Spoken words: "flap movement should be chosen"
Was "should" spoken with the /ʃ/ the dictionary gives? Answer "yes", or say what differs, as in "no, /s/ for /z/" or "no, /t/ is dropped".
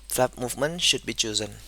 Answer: yes